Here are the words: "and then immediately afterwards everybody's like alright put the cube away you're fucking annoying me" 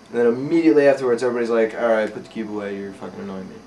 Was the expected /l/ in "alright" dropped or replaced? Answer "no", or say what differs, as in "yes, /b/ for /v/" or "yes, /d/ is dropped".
yes, /l/ is dropped